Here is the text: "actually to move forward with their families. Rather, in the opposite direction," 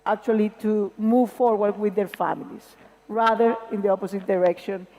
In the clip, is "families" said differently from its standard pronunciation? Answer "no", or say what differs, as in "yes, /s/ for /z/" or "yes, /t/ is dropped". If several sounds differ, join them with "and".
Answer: yes, /s/ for /z/